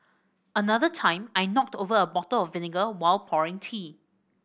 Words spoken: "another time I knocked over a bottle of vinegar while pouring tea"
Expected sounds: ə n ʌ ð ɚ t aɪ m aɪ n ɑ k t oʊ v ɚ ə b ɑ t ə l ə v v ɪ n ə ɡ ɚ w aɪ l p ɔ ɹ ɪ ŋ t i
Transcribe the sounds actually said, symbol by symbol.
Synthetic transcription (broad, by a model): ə n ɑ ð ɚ t aɪ m aɪ n ɑ k t oʊ v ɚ ə b ɑ t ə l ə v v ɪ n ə ɡ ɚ w aɪ l p ɔ ɹ ɪ ŋ t i